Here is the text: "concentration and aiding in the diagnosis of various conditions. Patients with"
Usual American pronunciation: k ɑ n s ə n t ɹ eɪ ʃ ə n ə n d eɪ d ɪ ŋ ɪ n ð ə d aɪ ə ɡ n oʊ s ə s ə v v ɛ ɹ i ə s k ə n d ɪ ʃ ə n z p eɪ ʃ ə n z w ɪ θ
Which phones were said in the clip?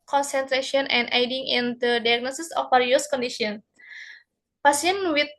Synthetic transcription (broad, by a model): k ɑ n s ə n t ɹ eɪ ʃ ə n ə n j d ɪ ŋ ɪ n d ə d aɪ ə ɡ n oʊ s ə s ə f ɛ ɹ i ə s k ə n d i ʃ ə n p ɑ s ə n w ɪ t